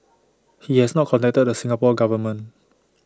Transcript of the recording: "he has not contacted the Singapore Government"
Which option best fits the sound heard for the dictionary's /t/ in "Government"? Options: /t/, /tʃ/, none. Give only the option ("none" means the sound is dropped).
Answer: none